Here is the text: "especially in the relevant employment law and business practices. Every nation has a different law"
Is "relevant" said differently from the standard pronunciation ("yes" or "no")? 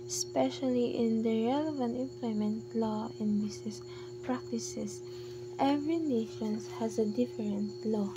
no